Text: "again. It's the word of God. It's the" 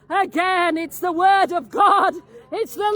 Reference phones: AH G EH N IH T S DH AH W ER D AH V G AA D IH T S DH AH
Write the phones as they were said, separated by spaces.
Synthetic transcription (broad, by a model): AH G EH N IH T S DH AH W ER D AH V G AA D IH T S DH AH